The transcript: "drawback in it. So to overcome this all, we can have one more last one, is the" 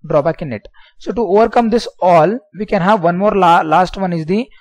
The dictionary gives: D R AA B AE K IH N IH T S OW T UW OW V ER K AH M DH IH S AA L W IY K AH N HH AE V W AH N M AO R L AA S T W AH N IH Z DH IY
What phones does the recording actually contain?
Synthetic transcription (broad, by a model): D R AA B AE K IH N IH T S OW T UW OW V ER K AH M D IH S AA L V IY K AH N HH AE V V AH N M AO R L AA S T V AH N IH Z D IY